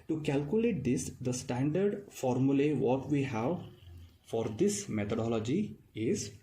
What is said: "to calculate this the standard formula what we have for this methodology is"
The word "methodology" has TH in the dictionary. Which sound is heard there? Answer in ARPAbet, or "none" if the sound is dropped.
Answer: T